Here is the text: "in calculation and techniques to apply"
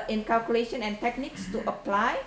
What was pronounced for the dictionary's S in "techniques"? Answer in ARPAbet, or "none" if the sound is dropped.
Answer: S